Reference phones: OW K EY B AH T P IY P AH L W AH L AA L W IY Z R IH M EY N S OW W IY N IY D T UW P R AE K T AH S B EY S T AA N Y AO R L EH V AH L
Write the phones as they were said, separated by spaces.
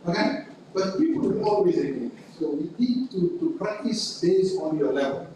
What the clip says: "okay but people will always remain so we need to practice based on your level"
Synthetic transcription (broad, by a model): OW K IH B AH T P IY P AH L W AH N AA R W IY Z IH EY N S OW W IY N IY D T UW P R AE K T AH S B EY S AA N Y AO L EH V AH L